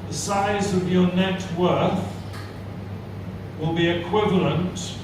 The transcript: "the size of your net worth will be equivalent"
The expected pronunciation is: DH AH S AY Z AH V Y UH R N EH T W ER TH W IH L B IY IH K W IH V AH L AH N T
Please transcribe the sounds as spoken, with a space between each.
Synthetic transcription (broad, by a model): DH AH S AY Z AH V Y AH R N EH T W ER TH W IH L B IY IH K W IH V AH L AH N T